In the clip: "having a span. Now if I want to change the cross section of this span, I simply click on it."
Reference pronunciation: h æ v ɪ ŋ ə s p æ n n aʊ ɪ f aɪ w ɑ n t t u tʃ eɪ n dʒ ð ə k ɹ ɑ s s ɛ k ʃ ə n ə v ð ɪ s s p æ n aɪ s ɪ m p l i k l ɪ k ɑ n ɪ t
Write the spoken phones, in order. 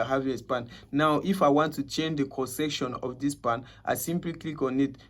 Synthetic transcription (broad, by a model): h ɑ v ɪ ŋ ə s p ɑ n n aʊ ɪ f aɪ w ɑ n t t u tʃ eɪ n dʒ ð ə k ɑ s s ɛ k ʃ ə n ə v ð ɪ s s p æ n aɪ s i m p l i k l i k ɑ n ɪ t